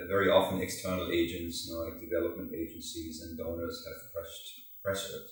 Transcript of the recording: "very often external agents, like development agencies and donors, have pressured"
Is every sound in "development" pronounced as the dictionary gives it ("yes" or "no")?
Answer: yes